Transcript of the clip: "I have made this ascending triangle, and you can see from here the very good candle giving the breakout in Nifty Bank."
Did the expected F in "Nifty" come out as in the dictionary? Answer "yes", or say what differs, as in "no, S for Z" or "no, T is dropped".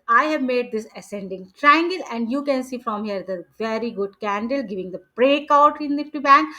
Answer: no, F is dropped